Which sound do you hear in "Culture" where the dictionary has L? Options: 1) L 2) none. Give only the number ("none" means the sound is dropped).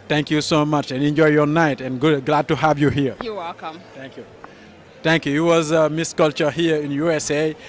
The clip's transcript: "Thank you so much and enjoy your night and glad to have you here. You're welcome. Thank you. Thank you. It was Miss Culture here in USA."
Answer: 1